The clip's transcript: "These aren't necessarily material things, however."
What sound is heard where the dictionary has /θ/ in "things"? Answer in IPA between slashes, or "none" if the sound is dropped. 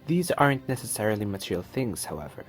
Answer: /θ/